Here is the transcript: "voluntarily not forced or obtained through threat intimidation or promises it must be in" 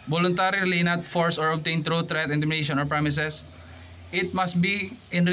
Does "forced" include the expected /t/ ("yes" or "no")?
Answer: no